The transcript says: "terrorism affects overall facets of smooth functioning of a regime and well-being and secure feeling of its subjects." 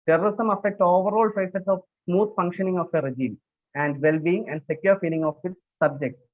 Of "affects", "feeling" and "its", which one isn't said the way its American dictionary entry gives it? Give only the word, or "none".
affects